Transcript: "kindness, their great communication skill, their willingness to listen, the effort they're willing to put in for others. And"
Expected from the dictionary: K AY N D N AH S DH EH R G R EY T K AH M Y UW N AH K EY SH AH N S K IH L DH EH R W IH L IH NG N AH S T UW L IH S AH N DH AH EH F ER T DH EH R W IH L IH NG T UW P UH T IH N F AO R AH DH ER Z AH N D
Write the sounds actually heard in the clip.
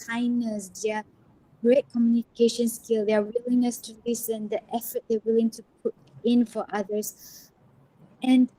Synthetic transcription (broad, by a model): AY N N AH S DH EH G R EY T K AH M Y UW N AH K EY SH AH N S K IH L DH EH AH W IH L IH N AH S T UW L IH S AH N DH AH EH F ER T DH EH W IH L IH NG T UW P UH T IH N F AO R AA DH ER S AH N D